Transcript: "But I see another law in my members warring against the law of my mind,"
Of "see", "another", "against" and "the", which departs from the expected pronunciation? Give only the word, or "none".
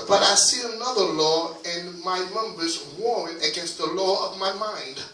none